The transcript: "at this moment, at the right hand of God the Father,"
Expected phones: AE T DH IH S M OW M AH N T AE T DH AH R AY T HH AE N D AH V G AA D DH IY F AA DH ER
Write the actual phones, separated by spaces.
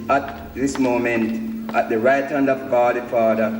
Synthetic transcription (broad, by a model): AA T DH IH S M OW M AH N T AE T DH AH R AY T HH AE N D AH V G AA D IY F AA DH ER